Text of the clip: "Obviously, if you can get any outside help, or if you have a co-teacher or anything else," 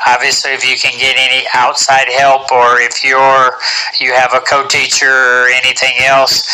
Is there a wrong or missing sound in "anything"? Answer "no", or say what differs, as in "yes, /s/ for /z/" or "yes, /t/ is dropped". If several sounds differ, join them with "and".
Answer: no